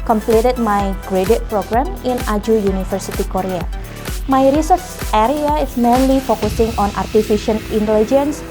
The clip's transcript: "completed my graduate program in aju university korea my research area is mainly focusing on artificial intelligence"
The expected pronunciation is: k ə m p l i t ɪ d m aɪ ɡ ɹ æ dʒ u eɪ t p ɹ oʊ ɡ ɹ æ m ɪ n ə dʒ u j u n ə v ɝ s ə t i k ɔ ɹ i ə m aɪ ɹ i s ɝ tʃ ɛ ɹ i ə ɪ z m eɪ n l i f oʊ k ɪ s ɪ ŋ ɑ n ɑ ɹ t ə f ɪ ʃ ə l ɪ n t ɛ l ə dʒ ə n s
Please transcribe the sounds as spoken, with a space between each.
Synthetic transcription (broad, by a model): k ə m p l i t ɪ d m aɪ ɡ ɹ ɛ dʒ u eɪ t p ɹ oʊ ɡ ɹ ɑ m ɪ n ə dʒ u j u n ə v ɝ s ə t i k ɔ ɹ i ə m aɪ ɹ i s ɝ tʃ ɛ ɹ i ə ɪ s m eɪ n l i f oʊ k ɪ s ɪ ŋ ɑ n ɑ ɹ t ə f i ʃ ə n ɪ n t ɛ l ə dʒ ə n s